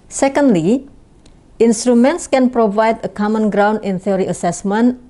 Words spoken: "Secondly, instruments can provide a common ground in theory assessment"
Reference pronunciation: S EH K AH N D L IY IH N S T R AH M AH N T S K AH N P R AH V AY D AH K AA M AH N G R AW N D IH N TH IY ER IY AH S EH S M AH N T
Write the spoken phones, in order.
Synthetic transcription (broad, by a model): S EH K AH N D L IY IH N S T R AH M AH N T S K AH N P R AH V AY D AH K AA M AH N G R AW N D IH N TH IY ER IY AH S EH S M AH N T